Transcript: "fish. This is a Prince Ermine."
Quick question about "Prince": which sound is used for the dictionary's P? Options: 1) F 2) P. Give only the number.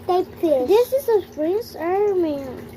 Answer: 1